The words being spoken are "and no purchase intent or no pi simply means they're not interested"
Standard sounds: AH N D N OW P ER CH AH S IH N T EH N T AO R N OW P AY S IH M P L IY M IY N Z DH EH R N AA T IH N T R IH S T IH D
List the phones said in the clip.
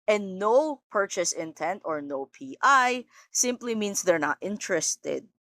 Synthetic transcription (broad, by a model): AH N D N OW P ER CH AH S IH N T EH N T AO R N OW P AY S IH M P L IY M IY N S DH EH R N AA T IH N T R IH S T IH D